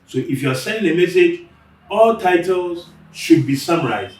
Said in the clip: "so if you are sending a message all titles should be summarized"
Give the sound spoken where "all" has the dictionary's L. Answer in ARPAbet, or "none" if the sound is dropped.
L